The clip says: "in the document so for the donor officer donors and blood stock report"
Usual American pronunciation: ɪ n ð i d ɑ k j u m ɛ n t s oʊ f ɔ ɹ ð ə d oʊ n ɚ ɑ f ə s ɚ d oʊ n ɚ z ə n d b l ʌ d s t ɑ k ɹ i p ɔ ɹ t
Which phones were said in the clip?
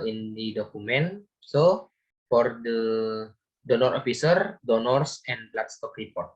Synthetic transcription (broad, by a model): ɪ n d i d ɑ k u m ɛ n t s oʊ f ɔ ɹ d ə d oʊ n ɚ ɑ f ə s ɚ d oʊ n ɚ s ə n l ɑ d s t ɑ k ɹ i p ɔ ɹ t